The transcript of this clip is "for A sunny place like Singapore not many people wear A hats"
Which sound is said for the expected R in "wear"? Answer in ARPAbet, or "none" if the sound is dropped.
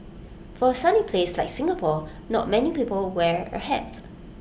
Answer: R